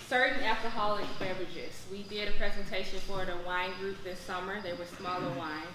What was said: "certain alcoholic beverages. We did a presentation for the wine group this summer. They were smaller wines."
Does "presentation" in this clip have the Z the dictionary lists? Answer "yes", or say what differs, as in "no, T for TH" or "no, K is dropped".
yes